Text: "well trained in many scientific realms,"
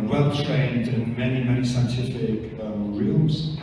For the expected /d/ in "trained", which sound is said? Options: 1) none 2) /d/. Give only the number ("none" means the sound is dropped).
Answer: 2